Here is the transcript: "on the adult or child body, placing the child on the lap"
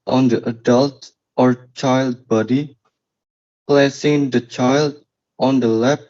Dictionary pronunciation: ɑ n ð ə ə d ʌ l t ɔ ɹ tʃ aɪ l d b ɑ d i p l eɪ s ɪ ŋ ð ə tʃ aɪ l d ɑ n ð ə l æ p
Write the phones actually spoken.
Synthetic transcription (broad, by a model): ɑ n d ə ə d ʌ l t ɔ ɹ tʃ aɪ l d b ɑ d i p l eɪ s ɪ ŋ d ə tʃ aɪ l d ɑ n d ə l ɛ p